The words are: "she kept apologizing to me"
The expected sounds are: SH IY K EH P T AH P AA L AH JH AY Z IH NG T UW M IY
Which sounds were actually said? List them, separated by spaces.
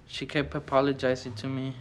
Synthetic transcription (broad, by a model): SH IY K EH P AH P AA L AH JH AY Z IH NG T UW M IY